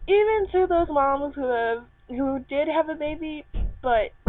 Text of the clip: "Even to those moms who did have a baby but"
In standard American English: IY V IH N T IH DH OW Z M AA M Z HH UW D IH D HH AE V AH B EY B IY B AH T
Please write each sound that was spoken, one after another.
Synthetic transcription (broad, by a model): IY V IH N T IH DH OW Z M AA M Z HH UW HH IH D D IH V AH B EY B IY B AH T